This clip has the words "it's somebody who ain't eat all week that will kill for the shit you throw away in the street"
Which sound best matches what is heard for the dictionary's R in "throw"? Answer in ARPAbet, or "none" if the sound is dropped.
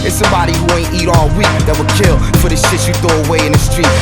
none